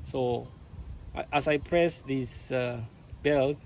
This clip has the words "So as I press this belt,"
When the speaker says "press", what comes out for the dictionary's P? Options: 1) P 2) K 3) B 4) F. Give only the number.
1